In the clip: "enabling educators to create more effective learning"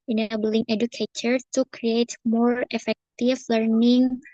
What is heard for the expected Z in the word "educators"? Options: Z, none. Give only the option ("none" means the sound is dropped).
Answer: none